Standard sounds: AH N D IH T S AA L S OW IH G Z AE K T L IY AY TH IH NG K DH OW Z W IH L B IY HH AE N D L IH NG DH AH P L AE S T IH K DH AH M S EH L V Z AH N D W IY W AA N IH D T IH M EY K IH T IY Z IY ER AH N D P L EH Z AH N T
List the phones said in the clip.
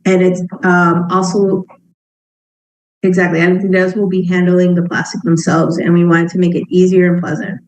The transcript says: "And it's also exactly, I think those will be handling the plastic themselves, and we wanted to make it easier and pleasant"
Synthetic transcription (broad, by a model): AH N IH T S AA L S OW IH G Z AE K T L IY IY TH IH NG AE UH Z W IH L B IY HH AE N D L IH NG DH AH P L AE S T IH K DH AH M S EH L V Z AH N W IY W AA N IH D T IH M EY K IH T IY Z IY ER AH N P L EH Z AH N T